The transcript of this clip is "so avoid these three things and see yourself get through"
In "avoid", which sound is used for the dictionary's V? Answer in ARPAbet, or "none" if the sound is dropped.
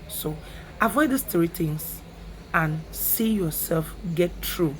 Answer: V